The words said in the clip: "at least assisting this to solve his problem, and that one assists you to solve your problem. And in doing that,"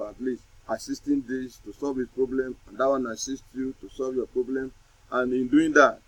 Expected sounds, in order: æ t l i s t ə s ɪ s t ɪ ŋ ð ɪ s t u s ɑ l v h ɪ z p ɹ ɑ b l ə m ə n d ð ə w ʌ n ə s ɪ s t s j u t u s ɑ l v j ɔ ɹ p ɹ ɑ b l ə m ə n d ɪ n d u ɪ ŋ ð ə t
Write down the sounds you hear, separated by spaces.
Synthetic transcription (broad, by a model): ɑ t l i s ə s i s t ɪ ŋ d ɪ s t u s ɑ l v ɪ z p ɹ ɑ b l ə m ə n d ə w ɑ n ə s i s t j u t u s ɑ l v j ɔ p ɹ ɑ b l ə m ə n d ɪ n d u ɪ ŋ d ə t